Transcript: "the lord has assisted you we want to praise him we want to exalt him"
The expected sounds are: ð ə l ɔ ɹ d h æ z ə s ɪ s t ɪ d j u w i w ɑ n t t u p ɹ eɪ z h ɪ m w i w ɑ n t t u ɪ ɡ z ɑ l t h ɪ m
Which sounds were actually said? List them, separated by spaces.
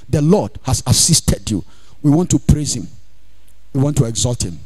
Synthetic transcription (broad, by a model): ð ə l ɔ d h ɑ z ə s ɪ s t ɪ d j u w i w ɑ n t t u p ɹ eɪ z h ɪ m w i w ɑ n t t u ɪ ɡ z ɑ l t h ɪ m